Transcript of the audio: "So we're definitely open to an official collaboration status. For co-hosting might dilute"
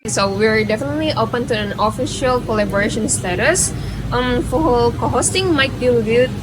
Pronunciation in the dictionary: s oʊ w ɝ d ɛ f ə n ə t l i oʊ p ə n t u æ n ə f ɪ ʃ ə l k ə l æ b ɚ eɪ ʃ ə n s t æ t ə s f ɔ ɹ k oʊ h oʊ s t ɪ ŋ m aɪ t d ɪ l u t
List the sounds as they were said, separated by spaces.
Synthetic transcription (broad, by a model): s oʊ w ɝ d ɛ f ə n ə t l i oʊ p ə n t u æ n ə f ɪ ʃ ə l k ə l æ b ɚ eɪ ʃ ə n s t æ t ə s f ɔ l k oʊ h oʊ s t ɪ ŋ m aɪ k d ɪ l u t